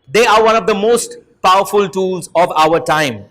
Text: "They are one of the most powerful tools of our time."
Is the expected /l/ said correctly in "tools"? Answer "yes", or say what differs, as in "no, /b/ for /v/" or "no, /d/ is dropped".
yes